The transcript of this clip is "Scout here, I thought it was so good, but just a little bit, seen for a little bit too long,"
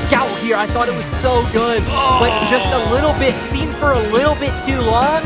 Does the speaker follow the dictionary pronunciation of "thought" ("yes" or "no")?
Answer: yes